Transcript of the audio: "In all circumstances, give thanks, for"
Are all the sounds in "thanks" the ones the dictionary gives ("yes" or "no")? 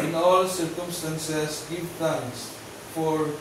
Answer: no